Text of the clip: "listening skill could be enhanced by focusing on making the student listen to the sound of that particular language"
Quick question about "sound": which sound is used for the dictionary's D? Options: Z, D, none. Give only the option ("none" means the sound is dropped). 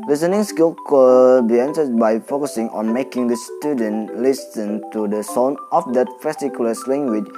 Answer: none